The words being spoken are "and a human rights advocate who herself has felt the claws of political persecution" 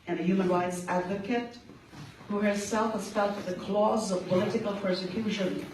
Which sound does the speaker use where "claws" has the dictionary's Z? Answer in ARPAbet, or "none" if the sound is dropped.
Z